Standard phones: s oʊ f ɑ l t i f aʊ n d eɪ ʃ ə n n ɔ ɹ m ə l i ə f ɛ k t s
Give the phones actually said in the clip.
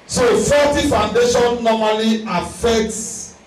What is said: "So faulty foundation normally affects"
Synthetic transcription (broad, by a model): s oʊ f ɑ t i f aʊ n d eɪ ʃ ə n n ɔ m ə l i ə f ɛ k t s